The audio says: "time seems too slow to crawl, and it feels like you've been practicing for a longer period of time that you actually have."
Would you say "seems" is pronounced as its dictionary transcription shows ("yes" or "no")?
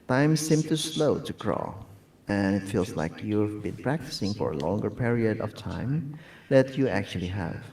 no